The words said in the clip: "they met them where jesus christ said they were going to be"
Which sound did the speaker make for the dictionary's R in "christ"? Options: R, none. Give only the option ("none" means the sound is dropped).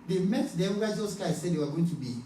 none